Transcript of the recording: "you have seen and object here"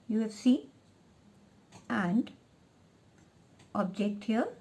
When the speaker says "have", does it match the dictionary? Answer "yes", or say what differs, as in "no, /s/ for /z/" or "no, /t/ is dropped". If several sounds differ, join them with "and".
no, /f/ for /v/